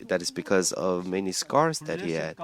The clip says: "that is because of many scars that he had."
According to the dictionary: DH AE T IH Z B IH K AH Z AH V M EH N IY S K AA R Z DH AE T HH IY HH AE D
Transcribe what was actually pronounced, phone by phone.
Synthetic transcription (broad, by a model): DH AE T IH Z B IH K AH Z AH V M EH N IY S K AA R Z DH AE T HH IY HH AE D